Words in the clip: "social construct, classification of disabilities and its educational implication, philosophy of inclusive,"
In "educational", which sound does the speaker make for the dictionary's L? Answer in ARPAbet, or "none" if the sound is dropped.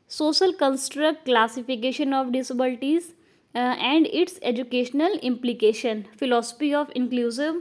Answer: L